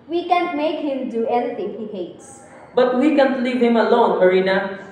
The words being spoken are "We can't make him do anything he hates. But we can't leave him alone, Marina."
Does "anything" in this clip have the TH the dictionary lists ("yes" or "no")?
no